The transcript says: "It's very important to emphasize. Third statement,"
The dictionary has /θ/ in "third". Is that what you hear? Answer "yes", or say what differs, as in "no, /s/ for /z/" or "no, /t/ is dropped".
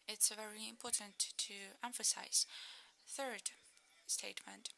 yes